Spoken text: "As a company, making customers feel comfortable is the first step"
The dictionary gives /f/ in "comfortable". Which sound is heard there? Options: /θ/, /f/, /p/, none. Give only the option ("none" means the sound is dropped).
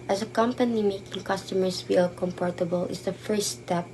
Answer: /p/